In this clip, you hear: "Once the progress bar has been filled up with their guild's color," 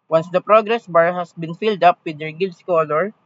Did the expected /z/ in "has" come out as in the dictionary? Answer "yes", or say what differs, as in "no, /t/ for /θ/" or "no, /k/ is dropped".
no, /s/ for /z/